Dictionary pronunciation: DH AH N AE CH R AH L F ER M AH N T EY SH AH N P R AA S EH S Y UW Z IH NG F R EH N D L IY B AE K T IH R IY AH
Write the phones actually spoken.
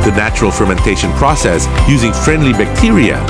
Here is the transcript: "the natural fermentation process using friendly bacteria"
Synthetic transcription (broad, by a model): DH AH N AE CH R AH L F ER M AH N T EY SH AH N P R AA S EH S Y UW Z IH NG F R EH N D L IY B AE K T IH R IY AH